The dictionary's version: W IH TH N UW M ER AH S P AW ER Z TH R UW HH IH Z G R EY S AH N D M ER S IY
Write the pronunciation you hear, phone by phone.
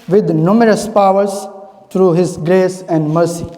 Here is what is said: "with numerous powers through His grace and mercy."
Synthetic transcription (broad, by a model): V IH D N UW M ER AH S P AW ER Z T R UW HH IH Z G R EY S AH N D M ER S IY